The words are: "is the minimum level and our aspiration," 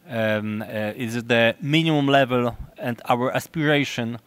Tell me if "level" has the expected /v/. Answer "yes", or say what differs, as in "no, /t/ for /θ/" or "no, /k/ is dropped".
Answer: yes